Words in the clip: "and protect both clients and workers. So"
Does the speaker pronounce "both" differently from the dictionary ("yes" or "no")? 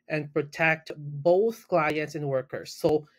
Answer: no